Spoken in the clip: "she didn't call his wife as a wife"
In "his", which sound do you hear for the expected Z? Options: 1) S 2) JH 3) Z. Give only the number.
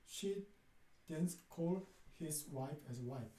1